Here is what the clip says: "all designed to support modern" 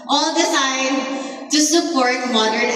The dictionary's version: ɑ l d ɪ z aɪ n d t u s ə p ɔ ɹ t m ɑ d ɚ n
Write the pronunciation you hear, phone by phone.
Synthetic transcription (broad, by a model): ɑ l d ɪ s aɪ d t u s ə p ɔ ɹ t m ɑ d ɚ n